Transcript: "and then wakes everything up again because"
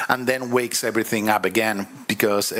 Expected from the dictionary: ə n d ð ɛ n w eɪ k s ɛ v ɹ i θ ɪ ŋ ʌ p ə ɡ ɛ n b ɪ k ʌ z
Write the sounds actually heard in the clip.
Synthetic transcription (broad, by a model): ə n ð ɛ n w eɪ k s ɛ v ɹ i θ ɪ ŋ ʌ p ə ɡ ɛ n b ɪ k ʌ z